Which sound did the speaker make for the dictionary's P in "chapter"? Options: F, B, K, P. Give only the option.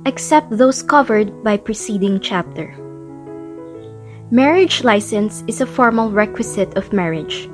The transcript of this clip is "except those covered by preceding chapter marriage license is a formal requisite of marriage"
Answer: P